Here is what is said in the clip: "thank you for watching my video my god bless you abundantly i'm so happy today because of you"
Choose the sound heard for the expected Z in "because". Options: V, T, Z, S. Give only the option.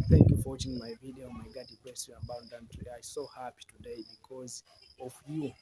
Z